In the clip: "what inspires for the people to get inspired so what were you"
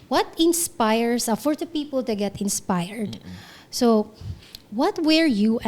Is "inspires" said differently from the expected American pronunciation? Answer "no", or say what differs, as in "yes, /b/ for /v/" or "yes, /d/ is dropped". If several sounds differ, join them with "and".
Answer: yes, /s/ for /z/